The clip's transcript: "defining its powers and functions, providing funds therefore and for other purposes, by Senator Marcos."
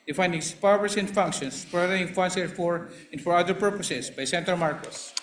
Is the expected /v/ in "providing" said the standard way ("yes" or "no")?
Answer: no